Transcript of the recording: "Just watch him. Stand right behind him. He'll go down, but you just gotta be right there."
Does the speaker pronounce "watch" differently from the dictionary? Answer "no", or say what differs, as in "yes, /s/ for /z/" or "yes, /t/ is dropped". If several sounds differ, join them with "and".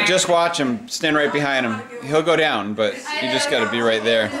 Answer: no